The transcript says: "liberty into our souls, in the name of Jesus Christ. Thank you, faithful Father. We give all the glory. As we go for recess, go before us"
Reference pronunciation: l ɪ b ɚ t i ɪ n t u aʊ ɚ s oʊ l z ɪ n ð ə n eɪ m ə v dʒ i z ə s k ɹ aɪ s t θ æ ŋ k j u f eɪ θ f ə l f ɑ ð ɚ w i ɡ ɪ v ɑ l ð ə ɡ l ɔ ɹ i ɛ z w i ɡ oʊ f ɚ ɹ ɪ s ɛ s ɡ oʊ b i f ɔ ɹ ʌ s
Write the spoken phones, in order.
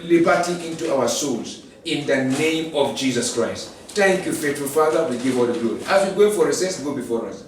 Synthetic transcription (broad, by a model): l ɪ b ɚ t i ɪ n t u aʊ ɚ s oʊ l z ɪ n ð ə n eɪ m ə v dʒ i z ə s k ɹ aɪ s t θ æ ŋ k j u f eɪ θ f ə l f ɑ ð ɚ w i ɡ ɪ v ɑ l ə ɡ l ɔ i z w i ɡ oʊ f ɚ ɹ ɪ s ɛ s ɡ oʊ b i f ɔ ɹ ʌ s